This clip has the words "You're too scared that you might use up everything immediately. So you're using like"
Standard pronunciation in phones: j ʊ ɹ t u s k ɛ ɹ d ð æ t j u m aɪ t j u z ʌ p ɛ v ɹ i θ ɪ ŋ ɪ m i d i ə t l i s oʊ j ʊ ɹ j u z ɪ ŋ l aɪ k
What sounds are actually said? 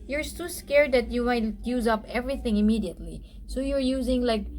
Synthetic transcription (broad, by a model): j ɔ ɹ s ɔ s k ɛ ɹ d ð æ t j u m aɪ t j u z ʌ p ɛ v ɹ i θ ɪ ŋ ɪ m i d i ə t l i s oʊ j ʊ ɹ j u z ɪ ŋ l aɪ k